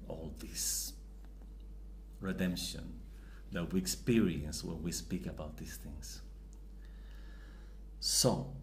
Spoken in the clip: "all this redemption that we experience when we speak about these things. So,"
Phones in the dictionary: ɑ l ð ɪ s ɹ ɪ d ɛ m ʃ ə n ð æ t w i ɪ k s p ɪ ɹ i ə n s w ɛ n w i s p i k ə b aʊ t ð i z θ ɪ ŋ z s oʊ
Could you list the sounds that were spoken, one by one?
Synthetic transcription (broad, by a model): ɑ l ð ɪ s ɹ ɪ d ɛ m ʃ ə n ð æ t w i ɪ k s p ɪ ɹ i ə n s w ɛ n w i s p i k ə b aʊ t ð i s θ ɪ ŋ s s oʊ